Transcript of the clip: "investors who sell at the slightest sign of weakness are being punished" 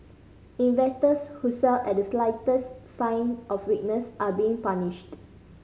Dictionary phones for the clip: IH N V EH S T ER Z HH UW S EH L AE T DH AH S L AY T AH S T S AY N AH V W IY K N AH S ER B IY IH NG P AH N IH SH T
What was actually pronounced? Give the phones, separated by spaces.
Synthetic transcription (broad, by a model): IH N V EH T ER S HH UW S EH L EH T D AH S L AY T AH S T S AY N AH F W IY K N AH S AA B IY IH NG P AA N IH SH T